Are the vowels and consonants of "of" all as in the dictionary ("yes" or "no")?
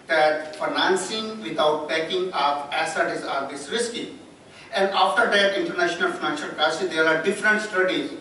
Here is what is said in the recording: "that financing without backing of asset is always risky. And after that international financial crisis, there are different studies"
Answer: no